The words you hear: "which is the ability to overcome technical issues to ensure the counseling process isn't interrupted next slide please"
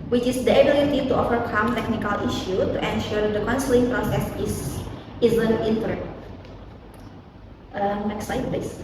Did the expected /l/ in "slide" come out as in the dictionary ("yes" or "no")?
no